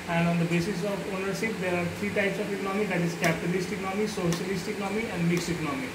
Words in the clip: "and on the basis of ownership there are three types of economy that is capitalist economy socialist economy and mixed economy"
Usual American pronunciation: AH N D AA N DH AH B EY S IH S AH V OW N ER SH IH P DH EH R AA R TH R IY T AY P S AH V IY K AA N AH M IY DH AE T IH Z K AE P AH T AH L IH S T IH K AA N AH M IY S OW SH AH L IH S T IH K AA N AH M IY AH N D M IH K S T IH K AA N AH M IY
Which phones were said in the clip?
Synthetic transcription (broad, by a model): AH N D AA N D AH B EY S IH S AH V OW N ER SH IH P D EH R AA R T R IY T AY P S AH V IY K AA N AH M IY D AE T IH Z K AE P AH T AH L IH S T IH K AA N AH M IY S OW SH AH L IH S T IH K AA N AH M IY AH N D M IH K S T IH K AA N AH M IY